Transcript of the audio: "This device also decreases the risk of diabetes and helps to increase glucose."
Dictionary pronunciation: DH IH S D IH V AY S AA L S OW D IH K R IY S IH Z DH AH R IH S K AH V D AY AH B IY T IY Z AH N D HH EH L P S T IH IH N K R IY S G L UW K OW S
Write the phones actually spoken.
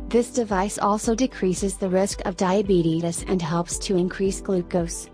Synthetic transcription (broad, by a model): DH IH S D IH V AY S AA L S OW D IH K R IY S IH Z DH AH R IH S K AH V D AY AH B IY T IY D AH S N HH EH L P S T IH IH N K R IY S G L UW K OW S